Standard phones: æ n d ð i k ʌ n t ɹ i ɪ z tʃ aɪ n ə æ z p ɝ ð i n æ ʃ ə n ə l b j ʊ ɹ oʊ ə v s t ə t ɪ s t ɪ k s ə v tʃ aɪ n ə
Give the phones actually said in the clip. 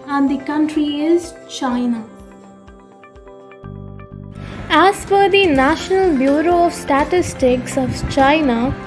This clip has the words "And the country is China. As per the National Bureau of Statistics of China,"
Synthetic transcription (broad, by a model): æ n d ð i k ʌ n t ɹ i ɪ z tʃ aɪ n ə æ z f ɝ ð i n æ ʃ ə n ə l b j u ɹ oʊ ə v s t ə t ɪ s t ɪ k s ə v tʃ aɪ n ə